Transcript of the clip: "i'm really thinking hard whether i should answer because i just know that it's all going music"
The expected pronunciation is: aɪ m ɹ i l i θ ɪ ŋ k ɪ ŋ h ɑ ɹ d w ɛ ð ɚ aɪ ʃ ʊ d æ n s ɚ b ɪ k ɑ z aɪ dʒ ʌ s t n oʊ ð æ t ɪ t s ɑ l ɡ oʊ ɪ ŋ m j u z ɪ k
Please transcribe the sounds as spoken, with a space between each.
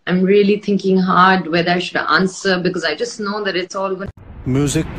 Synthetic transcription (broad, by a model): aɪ m ɹ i l i t ɪ ŋ k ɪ ŋ h ɑ ɹ d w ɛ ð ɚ aɪ ʃ ʊ d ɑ n s ɚ b ɪ k ɑ z aɪ dʒ ʌ s t n oʊ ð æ t ɪ t s ɑ l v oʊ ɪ m j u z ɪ k